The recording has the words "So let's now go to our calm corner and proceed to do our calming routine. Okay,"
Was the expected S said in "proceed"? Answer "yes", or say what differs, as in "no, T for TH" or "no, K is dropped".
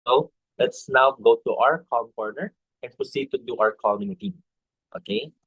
yes